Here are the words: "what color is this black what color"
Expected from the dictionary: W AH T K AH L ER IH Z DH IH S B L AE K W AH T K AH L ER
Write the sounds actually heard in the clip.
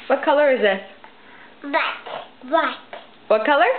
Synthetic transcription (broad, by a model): W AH T K AH L ER IH Z DH IH S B W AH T W AH T K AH L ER